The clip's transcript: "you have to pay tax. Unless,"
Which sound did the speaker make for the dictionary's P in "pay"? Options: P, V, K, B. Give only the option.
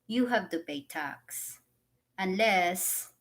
B